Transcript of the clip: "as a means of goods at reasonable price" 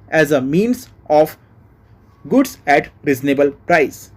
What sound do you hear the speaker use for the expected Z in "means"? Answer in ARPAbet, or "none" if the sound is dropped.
S